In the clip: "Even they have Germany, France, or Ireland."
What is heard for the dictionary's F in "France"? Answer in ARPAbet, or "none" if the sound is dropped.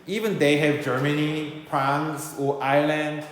P